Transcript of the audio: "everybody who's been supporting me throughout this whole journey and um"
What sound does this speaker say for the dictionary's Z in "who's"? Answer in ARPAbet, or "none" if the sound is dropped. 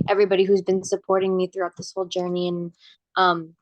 Z